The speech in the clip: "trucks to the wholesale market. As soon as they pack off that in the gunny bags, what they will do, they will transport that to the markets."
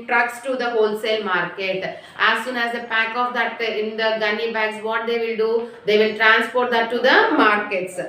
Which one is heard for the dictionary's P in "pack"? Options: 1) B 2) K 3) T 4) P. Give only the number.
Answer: 4